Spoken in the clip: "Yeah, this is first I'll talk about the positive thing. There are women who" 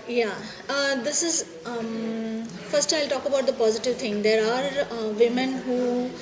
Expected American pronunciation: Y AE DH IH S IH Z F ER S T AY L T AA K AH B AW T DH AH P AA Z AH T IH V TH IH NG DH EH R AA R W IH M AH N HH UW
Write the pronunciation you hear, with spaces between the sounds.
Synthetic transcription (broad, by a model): Y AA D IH S IH Z F ER S T AY L T AA K AH B AW T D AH P AA Z AH T IH V T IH NG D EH R AA R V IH M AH N HH UW